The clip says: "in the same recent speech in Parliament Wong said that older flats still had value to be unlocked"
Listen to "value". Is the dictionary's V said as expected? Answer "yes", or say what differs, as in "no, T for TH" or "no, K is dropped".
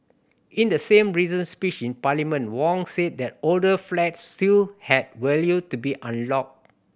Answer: no, W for V